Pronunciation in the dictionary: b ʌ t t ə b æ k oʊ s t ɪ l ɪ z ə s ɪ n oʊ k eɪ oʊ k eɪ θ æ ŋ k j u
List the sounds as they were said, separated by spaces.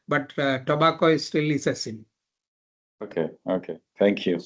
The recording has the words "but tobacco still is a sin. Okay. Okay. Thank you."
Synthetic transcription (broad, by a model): b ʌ t t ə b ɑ k oʊ s t ɪ l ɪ s ə s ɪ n oʊ k eɪ oʊ k eɪ t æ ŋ k j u